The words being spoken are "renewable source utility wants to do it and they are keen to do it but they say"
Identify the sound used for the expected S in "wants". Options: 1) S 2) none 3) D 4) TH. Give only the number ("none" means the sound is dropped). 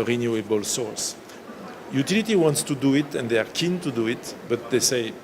1